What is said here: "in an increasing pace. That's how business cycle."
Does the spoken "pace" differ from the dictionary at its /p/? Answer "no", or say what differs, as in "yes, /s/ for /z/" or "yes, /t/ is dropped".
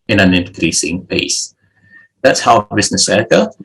no